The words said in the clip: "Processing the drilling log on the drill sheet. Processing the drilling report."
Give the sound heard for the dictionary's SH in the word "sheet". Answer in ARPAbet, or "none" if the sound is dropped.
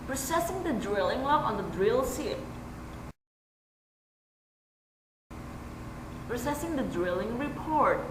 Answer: S